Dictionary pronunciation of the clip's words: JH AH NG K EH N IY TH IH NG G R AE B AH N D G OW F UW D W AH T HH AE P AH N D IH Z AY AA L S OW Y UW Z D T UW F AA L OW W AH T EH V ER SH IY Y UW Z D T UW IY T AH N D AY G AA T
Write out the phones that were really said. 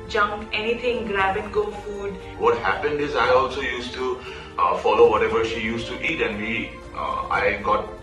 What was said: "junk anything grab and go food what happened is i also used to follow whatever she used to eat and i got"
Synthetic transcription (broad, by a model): JH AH NG K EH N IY T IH NG G R AE B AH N G OW F UW D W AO T HH AE P AH N D IH Z AY AA L S OW Y UW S T UW F AA L OW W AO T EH V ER SH IY Y UW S T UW IY T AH N D AY G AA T